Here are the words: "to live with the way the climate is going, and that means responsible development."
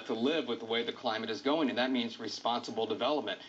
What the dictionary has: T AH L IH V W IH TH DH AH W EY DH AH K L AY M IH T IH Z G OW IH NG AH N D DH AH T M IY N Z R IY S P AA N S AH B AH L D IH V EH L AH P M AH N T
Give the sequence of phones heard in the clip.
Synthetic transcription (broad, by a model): T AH L IH V W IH DH AH W EY DH AH K L AY M IH T IH Z G OW IH NG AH N DH AH T M IY N Z R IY S P AA N S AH B L D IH V EH L AH P M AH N T